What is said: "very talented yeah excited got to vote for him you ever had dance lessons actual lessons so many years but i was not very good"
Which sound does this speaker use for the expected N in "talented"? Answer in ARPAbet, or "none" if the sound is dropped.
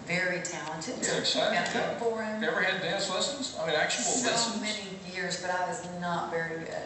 N